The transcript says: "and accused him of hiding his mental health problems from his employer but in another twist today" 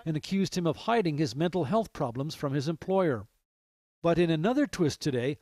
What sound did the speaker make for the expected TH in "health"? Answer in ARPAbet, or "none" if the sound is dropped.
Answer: TH